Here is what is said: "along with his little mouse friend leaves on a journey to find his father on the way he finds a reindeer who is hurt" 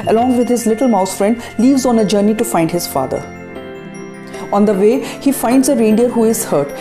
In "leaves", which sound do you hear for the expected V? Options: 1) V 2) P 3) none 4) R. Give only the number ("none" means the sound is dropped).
1